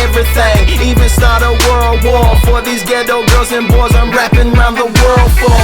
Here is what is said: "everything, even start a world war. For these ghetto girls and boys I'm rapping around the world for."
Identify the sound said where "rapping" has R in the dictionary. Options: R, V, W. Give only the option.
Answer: R